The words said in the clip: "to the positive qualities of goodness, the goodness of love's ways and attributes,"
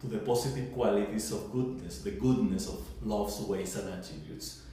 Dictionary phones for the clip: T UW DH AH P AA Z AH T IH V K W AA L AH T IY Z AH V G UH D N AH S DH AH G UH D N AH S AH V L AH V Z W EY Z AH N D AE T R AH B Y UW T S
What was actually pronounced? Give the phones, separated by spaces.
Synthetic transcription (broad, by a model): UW DH AH P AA S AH T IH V K W AA L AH T IY S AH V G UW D N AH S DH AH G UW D N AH S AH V L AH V S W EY S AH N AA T R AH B Y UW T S